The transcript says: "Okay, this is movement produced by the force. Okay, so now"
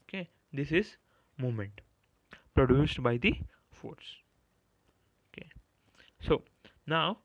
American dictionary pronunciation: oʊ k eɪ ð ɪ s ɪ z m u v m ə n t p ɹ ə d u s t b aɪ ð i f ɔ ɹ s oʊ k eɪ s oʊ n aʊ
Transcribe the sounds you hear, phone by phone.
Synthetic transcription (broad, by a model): k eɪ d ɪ s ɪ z m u m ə n t p ɹ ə d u s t b aɪ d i f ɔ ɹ s oʊ k eɪ s oʊ n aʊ